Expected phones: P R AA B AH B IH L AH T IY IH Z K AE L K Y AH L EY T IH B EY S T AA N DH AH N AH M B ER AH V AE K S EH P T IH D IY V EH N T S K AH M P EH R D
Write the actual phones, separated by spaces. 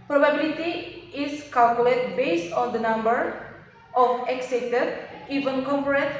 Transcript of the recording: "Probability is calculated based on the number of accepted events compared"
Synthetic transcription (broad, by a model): P R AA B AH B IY L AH T IY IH S K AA L K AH L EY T B EY S T AA N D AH N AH M B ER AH F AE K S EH T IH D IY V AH N K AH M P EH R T